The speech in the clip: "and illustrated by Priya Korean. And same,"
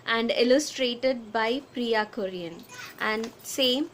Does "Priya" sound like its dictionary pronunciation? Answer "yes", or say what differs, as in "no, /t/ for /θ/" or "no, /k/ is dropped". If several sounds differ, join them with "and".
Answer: yes